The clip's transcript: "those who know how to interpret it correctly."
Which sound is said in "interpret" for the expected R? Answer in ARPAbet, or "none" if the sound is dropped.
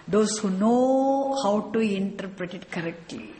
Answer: R